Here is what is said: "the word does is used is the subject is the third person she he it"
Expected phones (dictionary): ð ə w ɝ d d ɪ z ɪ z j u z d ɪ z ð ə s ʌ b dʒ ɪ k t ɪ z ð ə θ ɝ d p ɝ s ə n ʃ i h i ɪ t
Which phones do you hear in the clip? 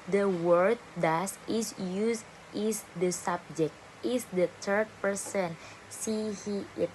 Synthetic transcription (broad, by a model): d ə w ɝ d d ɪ s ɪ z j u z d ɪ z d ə s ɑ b dʒ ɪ k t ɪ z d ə t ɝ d p ɝ s ə n s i h i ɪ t